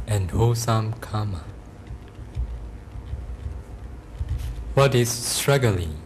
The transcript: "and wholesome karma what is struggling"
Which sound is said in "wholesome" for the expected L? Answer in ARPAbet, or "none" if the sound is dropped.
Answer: none